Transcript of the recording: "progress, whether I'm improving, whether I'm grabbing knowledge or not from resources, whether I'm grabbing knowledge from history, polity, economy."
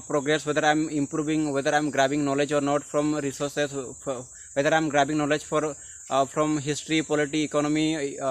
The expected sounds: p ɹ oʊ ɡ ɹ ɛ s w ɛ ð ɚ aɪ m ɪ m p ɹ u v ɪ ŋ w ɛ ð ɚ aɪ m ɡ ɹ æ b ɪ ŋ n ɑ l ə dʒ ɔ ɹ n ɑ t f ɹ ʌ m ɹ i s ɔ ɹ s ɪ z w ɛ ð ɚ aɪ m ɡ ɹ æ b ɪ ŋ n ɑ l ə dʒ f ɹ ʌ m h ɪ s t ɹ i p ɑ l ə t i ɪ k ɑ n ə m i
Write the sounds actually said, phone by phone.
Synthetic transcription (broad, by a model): p ɹ oʊ ɡ ɹ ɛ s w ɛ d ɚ aɪ m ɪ m p ɹ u b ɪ ŋ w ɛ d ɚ aɪ m ɡ ɹ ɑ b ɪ ŋ n ɑ l ə dʒ ɔ ɹ n ɑ t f ɹ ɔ m ɹ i s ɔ ɹ s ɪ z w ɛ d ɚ aɪ m ɡ ɹ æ b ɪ ŋ n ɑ l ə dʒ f ɹ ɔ m h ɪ s t ɹ i p ɑ l ə t i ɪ k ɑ n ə m i